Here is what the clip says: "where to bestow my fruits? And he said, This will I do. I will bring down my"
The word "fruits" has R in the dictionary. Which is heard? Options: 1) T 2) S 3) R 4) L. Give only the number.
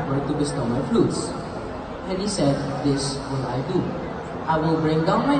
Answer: 4